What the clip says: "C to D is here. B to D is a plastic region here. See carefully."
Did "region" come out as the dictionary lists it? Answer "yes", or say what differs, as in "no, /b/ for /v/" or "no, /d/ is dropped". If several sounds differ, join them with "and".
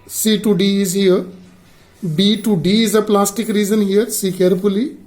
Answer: no, /z/ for /dʒ/